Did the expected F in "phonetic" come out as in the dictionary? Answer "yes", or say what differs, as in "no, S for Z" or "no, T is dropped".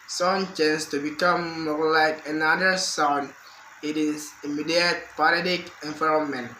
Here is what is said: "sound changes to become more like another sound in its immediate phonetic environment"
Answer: no, P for F